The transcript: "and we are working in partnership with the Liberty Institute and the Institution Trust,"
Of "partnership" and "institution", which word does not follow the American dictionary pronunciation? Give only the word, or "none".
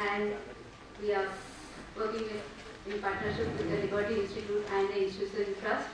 institution